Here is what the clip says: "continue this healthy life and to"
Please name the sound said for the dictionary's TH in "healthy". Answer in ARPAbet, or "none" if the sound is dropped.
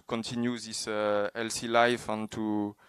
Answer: S